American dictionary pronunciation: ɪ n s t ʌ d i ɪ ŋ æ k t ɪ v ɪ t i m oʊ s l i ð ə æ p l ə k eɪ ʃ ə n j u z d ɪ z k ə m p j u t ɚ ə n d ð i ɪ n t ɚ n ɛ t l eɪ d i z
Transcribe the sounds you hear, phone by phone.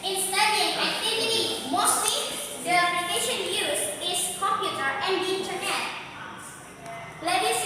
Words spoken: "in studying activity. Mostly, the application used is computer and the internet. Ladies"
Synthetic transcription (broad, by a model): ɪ n s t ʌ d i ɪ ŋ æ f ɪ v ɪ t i m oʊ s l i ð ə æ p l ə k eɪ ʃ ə n j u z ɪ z k ə m p j u t ɚ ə n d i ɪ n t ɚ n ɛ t l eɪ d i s